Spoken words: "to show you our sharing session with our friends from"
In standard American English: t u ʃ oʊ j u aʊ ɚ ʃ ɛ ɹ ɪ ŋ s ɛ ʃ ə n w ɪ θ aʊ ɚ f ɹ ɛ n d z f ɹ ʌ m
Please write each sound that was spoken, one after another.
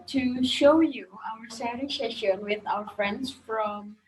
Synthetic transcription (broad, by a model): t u ʃ oʊ j u aʊ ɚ s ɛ ɹ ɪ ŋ s ɛ ʃ ə n w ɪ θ aʊ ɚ f ɹ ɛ n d s f ɹ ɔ m